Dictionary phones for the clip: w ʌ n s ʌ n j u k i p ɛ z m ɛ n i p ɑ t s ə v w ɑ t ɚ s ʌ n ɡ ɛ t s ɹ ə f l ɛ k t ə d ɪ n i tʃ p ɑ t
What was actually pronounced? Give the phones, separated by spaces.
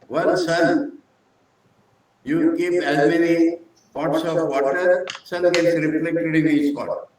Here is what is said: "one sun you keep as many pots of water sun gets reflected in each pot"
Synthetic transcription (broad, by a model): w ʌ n s ʌ n j u k i p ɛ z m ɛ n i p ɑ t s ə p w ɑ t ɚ s ʌ n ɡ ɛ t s ɹ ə p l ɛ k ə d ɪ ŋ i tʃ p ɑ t